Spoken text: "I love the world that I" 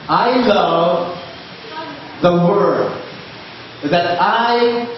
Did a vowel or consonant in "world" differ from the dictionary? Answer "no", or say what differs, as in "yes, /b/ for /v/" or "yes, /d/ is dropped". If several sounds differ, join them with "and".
yes, /l/ is dropped